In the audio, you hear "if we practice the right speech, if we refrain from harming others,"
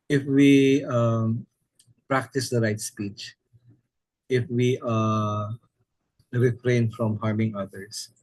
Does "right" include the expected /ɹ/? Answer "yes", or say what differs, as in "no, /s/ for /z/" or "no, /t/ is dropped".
yes